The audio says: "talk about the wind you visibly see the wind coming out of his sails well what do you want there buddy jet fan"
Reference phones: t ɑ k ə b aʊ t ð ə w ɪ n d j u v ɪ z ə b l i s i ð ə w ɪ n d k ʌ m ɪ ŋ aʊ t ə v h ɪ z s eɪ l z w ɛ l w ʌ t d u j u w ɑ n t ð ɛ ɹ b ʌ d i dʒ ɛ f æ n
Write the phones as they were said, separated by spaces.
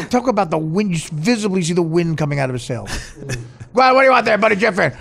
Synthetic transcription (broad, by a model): t ɑ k ə b aʊ t ð ə w ɪ n d j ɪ v ɪ z ə b l i s i ð ə w ɪ n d k ʌ m ɪ ŋ aʊ t ə v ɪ s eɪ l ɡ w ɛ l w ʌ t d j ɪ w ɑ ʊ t ð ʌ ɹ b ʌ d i dʒ ɛ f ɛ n